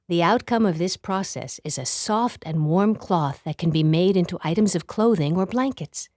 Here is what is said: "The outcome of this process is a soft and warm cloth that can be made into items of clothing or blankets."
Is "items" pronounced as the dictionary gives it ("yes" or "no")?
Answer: yes